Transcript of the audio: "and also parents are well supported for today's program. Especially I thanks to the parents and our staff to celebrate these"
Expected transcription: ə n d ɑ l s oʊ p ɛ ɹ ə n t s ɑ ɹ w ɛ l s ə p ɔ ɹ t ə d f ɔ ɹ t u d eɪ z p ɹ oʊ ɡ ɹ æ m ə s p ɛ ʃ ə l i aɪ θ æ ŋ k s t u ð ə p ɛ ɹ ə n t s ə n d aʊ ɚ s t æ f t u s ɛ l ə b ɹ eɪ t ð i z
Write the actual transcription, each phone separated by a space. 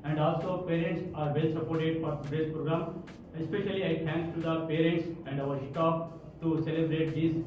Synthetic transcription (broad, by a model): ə n d ɑ l s oʊ p ɛ ɹ ə n t s ɑ ɹ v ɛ l s ə p ɔ ɹ t ə d f ɔ ɹ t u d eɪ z p ɹ oʊ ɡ ɹ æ m ə s p ɛ ʃ ə l i aɪ t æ ŋ k t u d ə p ɛ ɹ ə n t s ə n d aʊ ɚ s t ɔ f t u s ɛ l ə b ɹ eɪ t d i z